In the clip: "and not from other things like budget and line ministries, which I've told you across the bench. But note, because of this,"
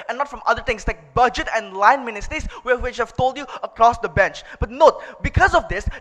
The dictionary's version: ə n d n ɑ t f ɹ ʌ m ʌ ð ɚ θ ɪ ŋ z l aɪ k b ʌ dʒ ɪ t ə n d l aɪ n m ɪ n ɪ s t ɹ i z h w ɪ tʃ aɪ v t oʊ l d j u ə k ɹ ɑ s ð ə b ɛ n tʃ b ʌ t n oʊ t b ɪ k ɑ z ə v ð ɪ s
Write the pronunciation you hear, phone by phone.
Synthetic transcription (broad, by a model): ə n n ɑ t f ɹ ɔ m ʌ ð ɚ t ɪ ŋ s l aɪ k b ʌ dʒ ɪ t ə n l aɪ n m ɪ n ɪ s t ɹ i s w w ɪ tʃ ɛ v t oʊ l d j u ə k ɹ ɑ s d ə b ɛ n tʃ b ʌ t n oʊ t b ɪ k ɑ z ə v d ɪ s